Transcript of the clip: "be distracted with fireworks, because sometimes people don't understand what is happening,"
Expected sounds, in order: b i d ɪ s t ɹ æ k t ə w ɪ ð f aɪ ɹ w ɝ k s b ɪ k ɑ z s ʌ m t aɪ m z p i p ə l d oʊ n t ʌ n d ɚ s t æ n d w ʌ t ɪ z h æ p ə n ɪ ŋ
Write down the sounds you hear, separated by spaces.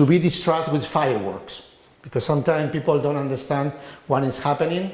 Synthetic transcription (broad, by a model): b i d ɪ s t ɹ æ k t w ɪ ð f aɪ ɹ w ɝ k s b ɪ k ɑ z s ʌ m t aɪ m p i p ə l d oʊ n t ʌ n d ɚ s t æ n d w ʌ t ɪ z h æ p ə n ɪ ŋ